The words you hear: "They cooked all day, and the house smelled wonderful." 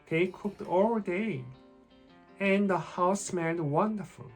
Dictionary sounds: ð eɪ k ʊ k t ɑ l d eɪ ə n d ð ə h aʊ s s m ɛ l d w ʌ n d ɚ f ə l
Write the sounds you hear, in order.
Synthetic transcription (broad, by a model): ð eɪ k ʊ k t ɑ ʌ d eɪ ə n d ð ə h aʊ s s m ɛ n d w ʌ n d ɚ f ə l